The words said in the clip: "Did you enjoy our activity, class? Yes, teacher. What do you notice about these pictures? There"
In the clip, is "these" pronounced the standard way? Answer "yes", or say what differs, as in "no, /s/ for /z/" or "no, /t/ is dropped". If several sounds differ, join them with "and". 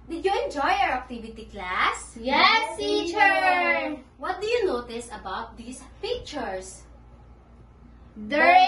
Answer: no, /s/ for /z/